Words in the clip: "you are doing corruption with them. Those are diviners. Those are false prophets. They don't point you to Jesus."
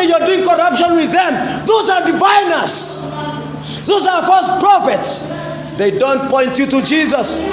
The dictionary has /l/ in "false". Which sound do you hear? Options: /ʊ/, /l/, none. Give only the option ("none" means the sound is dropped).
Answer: none